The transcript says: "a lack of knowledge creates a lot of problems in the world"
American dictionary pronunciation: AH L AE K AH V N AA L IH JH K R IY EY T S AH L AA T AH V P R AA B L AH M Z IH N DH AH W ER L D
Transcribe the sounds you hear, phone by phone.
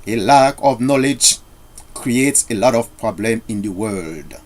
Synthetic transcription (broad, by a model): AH L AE K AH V N AA L IH JH K R IY EY T S AH L AA T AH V P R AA B L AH M IH N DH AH W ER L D